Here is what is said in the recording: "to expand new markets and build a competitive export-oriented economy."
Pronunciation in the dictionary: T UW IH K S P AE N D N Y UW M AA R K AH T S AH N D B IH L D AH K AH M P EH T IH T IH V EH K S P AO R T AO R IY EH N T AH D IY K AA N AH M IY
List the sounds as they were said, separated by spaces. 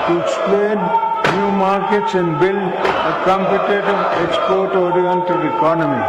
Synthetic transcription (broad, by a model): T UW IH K S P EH D N Y UW M AA R K AH T S AH N D B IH L AH K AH M P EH T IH T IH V EH K S P AO R T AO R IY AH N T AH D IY K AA N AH M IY